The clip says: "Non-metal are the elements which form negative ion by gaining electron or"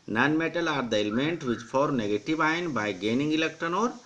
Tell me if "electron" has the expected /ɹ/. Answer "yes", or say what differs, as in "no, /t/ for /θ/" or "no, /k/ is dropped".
no, /ɹ/ is dropped